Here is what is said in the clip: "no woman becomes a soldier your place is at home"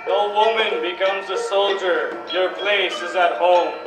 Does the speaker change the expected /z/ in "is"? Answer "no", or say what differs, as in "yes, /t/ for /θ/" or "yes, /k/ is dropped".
no